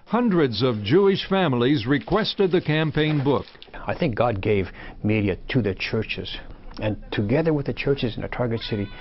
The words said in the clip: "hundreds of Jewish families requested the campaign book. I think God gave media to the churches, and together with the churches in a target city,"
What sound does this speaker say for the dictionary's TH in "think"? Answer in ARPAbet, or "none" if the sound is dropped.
TH